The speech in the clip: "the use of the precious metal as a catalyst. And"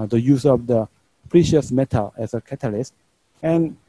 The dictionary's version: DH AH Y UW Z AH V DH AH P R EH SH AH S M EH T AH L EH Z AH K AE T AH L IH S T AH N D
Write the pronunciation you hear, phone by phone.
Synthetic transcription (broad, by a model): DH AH Y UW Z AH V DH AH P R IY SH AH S M EH T AH L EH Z AH K AE T AH L IH S T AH N